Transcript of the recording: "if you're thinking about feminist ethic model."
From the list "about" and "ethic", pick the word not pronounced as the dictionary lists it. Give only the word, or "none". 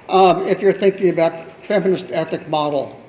none